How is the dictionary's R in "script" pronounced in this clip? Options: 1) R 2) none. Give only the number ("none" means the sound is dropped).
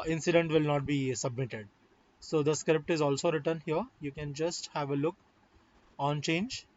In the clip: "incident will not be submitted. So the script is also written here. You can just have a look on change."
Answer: 1